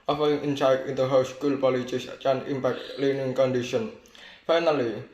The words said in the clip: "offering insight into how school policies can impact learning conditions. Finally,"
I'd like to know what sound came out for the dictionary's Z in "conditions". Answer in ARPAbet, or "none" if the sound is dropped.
none